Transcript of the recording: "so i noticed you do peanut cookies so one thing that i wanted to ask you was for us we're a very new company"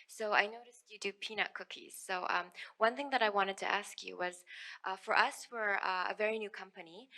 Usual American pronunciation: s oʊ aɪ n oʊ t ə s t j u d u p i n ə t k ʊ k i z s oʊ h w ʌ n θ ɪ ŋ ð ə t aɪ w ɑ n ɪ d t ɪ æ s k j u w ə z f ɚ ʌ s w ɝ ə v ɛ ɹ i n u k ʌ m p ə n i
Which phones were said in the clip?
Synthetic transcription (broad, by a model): s oʊ aɪ n oʊ t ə s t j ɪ d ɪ p i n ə k ʊ k i z s oʊ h w ʌ n θ ɪ ŋ ð ə t aɪ w ɑ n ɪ d t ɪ æ s k j u w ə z f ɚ ʌ s w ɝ ə v ɛ ɹ i n u k ʌ m p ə n i